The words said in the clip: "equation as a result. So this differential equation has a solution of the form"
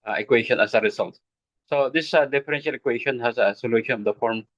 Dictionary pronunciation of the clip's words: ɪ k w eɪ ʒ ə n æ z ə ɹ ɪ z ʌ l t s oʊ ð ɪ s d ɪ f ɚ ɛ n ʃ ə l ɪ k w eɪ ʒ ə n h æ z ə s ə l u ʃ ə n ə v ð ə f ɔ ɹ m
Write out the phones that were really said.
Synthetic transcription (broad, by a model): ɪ k w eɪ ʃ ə n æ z ə ɹ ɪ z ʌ l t s oʊ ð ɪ s d ɪ f ɚ ɛ n ʃ ə l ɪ k w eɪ ʃ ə n h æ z ə s ə l u ʃ ə n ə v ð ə f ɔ ɹ m